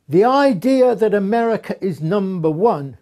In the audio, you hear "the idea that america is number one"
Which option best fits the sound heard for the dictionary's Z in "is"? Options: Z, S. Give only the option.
Z